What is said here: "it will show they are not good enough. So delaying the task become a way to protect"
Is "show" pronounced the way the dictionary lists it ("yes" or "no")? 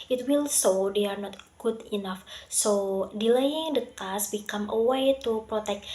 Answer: no